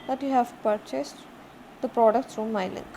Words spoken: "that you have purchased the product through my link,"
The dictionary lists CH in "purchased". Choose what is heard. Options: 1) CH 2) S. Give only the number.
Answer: 1